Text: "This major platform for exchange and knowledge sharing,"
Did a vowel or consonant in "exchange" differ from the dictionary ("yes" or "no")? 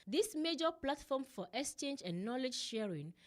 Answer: no